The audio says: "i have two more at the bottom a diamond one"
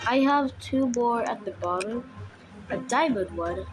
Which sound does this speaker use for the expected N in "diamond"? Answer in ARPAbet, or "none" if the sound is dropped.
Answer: none